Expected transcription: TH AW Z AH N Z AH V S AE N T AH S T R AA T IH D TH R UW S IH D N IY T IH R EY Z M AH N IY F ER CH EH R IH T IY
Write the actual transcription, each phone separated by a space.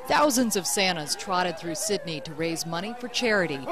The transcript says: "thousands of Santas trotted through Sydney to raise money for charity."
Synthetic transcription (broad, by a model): TH AW Z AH N Z AH V S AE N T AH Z T R AA T IH D TH R UW S IH D N IY T IH R EY Z M AH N IY F ER CH EH R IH T IY